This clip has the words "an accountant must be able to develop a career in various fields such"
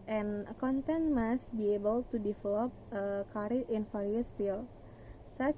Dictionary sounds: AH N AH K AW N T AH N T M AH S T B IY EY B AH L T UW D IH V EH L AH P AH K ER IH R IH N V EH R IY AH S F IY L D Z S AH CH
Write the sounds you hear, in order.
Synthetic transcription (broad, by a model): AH N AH K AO N T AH N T M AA S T B IY EY B AH L T UW D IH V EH L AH P AH K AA R IH N F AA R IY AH S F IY L S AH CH